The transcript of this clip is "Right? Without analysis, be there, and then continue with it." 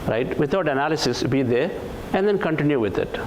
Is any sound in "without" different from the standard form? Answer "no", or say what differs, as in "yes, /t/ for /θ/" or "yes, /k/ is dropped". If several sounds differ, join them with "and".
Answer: yes, /t/ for /θ/